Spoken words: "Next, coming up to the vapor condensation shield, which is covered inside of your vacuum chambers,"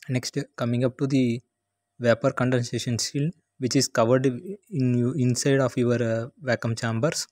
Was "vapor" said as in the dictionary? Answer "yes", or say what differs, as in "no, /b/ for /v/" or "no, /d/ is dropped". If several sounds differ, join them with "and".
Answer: yes